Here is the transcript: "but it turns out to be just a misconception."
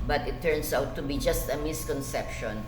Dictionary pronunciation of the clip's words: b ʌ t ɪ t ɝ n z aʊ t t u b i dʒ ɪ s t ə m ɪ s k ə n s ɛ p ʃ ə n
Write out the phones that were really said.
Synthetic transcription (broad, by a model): b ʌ t ɪ t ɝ n s aʊ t t u b i dʒ ɪ s t ə m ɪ s k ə n s ɛ p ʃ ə n